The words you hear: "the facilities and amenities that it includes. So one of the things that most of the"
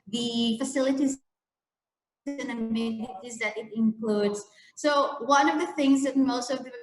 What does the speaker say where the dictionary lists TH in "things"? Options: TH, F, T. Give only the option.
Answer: TH